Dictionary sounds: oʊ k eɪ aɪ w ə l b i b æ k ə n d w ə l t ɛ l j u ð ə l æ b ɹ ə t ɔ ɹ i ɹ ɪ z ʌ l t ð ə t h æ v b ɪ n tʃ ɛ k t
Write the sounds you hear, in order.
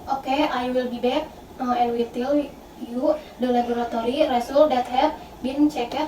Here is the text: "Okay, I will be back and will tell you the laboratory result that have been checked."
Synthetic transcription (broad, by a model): oʊ k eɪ aɪ w ə l b i b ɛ k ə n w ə t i l j u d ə l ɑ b ɹ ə t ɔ ɹ i ɹ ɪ s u l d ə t h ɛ p b ɪ n tʃ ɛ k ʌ